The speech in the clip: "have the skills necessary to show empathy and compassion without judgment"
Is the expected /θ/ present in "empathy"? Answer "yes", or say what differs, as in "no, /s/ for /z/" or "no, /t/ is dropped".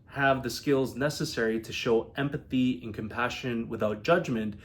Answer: yes